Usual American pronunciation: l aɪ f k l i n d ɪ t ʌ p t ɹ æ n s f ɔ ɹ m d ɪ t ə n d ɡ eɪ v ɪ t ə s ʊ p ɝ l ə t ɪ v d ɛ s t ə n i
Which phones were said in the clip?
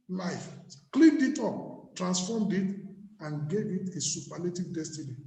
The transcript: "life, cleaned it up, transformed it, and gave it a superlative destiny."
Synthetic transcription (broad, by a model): l aɪ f k l i n d ɪ t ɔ p t ɹ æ n s f ɔ m d ɪ t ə n ɡ eɪ v ɪ t ə s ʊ p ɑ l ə t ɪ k d ɛ s t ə n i